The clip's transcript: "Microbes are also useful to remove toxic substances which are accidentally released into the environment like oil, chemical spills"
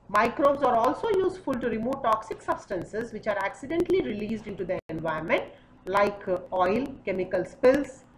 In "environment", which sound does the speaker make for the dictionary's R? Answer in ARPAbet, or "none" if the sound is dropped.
none